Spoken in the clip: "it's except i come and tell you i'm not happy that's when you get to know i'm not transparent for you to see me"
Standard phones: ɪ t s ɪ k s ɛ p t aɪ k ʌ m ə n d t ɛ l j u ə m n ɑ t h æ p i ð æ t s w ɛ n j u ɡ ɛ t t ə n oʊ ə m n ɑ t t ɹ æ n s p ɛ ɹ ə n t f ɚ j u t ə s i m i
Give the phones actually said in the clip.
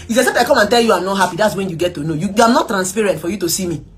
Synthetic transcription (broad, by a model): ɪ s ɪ s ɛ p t aɪ k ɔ m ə n t ɛ l j u ə m n ɑ t h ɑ p i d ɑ t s w ɛ n j u ɡ ɛ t t ə n oʊ ə m n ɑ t t ɹ æ n s p ɛ ɹ ə n t f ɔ j u t ə s i m i